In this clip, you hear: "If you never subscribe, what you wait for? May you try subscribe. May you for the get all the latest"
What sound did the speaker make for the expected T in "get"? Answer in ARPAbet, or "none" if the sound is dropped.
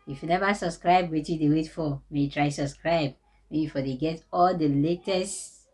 T